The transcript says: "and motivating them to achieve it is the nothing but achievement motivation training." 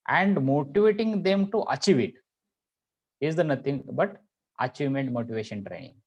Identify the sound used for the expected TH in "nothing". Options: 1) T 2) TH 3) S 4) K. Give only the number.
1